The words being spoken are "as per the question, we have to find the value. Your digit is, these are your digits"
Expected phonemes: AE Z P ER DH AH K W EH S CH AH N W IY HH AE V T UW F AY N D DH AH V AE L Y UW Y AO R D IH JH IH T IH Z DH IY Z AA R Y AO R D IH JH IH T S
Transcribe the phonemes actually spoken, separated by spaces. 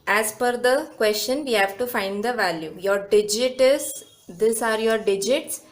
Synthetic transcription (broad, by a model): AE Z F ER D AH K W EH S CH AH N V IY HH AE V T UW F AY N D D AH V AE L Y UW Y AO R D IH JH IH T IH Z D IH S AA R Y AO R D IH JH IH T S